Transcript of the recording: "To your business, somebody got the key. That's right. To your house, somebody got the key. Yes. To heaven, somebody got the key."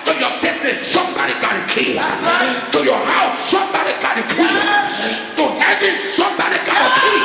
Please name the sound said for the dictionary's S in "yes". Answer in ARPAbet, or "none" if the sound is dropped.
none